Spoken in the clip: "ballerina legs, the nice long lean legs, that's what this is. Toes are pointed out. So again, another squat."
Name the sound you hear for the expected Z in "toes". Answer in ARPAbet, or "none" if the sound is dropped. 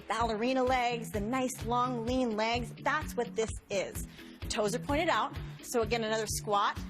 Z